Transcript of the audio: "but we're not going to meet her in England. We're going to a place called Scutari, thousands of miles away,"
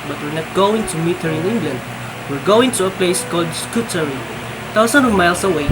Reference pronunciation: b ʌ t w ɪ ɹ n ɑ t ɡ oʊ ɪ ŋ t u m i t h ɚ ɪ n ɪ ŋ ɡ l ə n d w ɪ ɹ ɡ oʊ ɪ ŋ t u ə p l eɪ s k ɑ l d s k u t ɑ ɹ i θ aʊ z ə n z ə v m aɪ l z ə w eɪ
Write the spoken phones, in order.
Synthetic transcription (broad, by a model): b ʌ t w ɪ ɹ n ɑ t ɡ oʊ ɪ ŋ t u m i t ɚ ɪ n ɪ ŋ ɡ l ə n d w ɪ ɹ ɡ oʊ ɪ ŋ t u ə p l eɪ s k ɑ l d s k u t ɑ ɹ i t aʊ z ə n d ə v m aɪ l s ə w eɪ